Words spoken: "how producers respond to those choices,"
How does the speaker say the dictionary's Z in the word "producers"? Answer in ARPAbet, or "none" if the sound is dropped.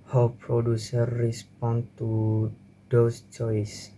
none